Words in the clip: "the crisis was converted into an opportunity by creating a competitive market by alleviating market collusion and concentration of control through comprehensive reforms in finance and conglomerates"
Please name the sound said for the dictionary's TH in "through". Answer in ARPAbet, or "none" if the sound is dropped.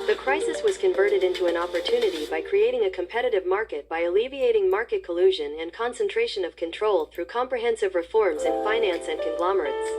TH